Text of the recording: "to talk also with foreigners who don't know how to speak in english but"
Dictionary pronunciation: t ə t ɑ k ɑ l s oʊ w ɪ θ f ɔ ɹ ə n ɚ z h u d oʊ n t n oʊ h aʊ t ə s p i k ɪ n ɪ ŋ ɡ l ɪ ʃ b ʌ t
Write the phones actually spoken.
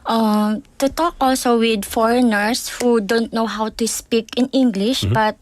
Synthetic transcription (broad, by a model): t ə t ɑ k ɑ l s oʊ w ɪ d f ɔ ɹ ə n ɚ s h u d oʊ n t n oʊ h aʊ t ə s p i k ɪ n ɪ ŋ ɡ l ɪ ʃ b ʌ t